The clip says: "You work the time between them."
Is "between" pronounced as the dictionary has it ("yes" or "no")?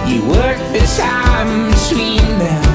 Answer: no